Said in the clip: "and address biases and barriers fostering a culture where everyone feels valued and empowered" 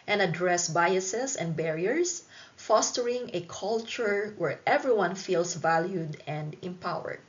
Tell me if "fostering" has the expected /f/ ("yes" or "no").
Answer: yes